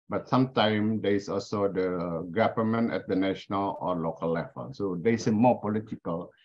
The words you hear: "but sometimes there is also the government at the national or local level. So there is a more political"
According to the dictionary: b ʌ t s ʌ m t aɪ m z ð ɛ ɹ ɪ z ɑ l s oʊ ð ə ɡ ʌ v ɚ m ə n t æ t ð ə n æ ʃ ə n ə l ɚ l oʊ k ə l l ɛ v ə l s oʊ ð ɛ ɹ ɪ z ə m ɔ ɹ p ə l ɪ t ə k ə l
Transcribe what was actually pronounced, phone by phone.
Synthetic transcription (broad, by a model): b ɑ t s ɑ m t aɪ m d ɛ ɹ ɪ s ɑ l s oʊ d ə ɡ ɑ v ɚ m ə n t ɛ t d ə n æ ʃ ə n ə l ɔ l oʊ k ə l l ɛ v ə l s oʊ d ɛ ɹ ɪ s ə m ɔ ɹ p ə l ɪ t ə k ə l